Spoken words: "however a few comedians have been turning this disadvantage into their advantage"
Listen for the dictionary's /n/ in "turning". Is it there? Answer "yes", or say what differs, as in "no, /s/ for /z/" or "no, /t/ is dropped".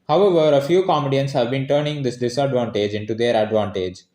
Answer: yes